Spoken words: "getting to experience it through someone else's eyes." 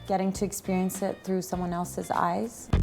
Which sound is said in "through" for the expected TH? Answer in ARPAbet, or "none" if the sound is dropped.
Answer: TH